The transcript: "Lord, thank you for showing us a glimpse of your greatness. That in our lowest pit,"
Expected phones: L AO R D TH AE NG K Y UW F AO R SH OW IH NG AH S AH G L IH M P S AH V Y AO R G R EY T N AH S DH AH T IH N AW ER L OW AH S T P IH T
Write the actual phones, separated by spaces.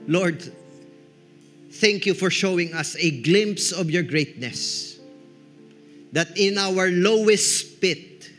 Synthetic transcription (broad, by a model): L AO R D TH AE NG K Y UW F AO R SH OW IH NG AH S AH G L IH M P S AH V Y AO R G R EY T N AH S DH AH T IH N AW ER L OW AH S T P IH T